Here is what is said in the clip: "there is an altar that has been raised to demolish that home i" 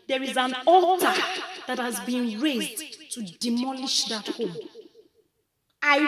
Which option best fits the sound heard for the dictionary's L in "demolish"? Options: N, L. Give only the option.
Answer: L